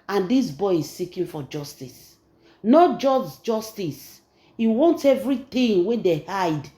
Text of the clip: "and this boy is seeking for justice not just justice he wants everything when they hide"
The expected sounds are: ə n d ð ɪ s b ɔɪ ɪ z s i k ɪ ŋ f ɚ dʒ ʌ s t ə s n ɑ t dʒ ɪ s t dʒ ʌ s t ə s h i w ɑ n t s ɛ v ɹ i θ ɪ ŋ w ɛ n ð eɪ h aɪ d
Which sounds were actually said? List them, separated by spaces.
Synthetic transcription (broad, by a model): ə n d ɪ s b ɔɪ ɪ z s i k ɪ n f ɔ dʒ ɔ s t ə s n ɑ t dʒ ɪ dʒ dʒ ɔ s t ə s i w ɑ n t ɛ v ɹ i t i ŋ w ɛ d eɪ h aɪ d